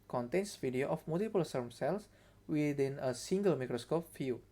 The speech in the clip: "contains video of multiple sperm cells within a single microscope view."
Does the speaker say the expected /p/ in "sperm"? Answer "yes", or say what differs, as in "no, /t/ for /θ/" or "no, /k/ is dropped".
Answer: no, /p/ is dropped